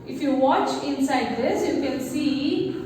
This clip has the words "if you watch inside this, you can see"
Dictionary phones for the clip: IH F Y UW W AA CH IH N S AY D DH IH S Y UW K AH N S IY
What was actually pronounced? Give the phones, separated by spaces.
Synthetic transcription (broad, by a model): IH F Y UW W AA CH IH N S AY D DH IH S Y UW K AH L S IY